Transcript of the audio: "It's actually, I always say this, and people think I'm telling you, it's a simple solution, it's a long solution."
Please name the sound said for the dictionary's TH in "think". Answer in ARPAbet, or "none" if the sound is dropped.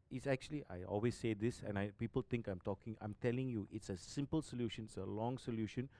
T